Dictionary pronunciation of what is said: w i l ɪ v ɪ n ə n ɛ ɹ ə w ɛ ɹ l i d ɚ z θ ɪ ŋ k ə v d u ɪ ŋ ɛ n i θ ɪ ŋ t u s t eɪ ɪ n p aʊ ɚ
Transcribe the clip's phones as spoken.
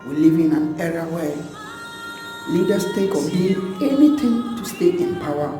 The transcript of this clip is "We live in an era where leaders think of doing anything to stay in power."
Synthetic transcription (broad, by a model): w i l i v ɪ n ə n ɛ ɹ ə w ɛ l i d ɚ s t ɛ k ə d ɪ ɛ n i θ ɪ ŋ t u s t eɪ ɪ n p aʊ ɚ